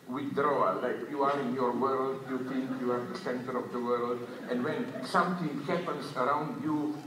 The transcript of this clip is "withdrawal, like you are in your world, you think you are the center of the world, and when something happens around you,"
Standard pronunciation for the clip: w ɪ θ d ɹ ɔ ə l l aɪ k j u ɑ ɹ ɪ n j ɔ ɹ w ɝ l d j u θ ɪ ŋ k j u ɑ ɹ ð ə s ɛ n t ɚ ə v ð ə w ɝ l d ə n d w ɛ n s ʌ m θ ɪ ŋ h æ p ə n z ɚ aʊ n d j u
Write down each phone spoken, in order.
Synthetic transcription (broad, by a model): w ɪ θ d ɹ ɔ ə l l aɪ k j u ɑ ɹ ɪ n j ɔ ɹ w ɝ l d j u t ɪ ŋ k j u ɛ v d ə s ɛ n t ɚ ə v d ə w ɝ l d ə n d w ɛ n s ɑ m t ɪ ŋ h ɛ p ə n s ɚ aʊ n d j u